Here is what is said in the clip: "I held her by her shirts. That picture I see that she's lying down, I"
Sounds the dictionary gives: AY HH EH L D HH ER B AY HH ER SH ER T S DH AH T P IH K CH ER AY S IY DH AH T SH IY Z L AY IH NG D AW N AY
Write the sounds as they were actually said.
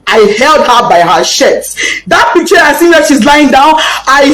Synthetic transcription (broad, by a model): AY HH EH L D HH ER B AY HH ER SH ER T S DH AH T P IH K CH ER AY S IY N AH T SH IY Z L AY IH NG D AW N AY